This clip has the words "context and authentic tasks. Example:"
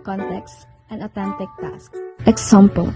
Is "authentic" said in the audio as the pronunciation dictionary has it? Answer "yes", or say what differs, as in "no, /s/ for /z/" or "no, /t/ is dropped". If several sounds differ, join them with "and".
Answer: no, /t/ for /θ/